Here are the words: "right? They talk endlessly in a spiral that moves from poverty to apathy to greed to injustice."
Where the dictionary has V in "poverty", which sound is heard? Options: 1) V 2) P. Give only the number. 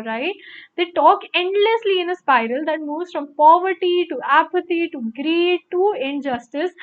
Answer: 1